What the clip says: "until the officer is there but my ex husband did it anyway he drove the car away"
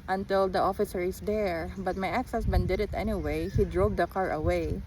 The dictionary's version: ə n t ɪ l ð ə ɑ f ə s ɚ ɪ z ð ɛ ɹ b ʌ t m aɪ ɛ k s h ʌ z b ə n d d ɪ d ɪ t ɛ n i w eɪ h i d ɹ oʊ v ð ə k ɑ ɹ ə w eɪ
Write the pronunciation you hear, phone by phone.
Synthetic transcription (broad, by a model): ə n t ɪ l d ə ɑ f ə s ɚ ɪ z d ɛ ɹ b ʌ t m aɪ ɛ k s h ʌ s b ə n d d ɪ d ɪ t ɛ n i w eɪ h i d ɹ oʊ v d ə k ɑ ɹ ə w eɪ